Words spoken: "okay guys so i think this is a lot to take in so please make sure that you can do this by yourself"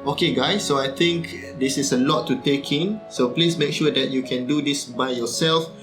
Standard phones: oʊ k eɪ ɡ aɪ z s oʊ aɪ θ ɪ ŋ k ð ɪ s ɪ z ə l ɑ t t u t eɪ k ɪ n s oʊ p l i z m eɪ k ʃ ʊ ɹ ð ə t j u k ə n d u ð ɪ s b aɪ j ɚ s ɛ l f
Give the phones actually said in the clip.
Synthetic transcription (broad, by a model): oʊ k eɪ ɡ aɪ s oʊ aɪ t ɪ ŋ k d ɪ s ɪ s ə l ɑ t t u t eɪ k ɪ n s oʊ p l i s m eɪ k ʃ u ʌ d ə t j u k ə n d u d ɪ s b aɪ j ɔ s ɛ l f